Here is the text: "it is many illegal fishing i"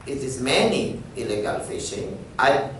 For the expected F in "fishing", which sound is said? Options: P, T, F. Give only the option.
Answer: F